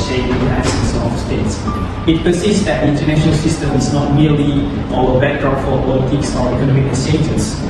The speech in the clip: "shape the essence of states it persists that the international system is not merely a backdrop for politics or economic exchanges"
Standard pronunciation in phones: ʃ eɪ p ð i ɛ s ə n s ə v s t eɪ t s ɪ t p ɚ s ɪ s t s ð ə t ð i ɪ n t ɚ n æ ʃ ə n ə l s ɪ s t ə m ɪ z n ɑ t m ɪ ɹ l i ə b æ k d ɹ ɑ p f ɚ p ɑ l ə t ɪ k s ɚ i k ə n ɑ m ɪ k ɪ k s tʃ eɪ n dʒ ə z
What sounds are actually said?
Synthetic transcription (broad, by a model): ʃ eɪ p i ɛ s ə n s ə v s t eɪ t s ɪ t p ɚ s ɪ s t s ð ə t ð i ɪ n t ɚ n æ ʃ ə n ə l s ɪ s t ə m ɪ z n ɑ t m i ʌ l i ə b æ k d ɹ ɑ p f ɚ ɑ w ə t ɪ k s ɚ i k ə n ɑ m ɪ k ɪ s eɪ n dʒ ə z